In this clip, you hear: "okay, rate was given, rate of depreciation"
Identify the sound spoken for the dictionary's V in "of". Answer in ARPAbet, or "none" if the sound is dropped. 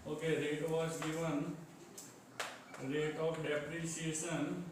P